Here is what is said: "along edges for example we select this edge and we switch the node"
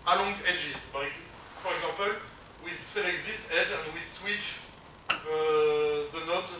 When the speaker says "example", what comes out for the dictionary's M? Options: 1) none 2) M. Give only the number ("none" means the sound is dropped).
1